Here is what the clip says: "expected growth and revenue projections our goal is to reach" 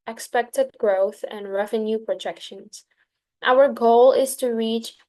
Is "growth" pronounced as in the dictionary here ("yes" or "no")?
yes